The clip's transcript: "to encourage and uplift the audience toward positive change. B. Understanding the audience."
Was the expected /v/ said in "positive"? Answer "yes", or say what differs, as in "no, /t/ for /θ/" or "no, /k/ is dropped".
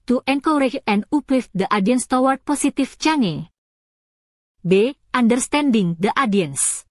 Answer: no, /f/ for /v/